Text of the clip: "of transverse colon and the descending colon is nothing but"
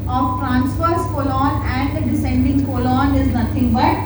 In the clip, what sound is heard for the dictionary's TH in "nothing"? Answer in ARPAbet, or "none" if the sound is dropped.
T